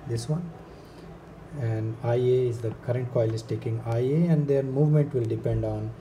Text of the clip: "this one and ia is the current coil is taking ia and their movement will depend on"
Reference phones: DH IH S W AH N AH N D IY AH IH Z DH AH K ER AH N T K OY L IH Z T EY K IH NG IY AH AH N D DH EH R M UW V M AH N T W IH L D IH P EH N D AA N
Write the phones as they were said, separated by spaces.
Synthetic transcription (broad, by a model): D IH S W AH N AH N D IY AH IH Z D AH K ER AH N T K OY L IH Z T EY K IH NG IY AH AH N D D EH R M UW V M AH N T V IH L D IH P EH N D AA N